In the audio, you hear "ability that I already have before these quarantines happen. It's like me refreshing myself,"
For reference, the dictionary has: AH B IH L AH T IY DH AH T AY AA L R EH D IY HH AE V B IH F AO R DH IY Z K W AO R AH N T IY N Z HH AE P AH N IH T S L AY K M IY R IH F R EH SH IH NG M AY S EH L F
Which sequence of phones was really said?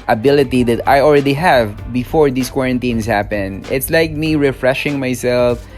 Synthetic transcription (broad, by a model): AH B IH L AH T IY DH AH T AY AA L R EH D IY HH AE V B IH F AO R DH IY S K W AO R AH N T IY N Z HH AE P AH N IH T S L AY K M IY R IH F R EH SH IH NG M AY S EH L F